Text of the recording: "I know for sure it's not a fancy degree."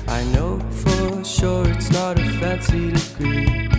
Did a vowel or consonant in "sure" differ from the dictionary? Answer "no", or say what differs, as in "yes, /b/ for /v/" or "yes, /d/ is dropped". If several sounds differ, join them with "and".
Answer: no